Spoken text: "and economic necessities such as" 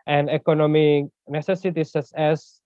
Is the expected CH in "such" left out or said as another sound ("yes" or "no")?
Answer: yes